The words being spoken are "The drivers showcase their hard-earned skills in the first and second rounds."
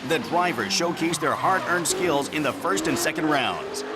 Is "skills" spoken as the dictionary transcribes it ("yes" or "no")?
yes